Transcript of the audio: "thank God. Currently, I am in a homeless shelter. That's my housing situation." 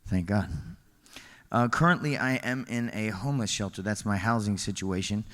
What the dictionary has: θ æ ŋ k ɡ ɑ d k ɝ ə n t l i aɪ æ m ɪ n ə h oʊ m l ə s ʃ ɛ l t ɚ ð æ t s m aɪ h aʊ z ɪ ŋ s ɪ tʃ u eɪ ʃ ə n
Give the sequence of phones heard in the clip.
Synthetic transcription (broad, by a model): θ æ ŋ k ɡ ɑ d k ɝ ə n t l i aɪ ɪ m ɪ n ə h oʊ m l ə s ʃ ɛ l t ɚ ð æ t s m aɪ h aʊ z ɪ ŋ s ɪ tʃ u eɪ ʃ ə n